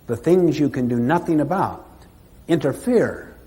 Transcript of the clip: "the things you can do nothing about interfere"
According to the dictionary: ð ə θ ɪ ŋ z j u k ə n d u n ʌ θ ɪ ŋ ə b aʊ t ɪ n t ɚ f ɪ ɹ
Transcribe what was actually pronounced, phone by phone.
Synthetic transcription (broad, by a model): ð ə θ ɪ ŋ z j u k ə n d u n ʌ θ ɪ ŋ ə b aʊ t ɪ n t ɚ f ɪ ɹ